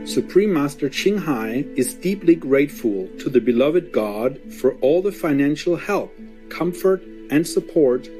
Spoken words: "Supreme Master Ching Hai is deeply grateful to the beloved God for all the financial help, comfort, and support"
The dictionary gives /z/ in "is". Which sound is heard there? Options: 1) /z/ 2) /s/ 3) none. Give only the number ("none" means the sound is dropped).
1